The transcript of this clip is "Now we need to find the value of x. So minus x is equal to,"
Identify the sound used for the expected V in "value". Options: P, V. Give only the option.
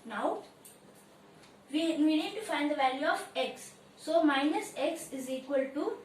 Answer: V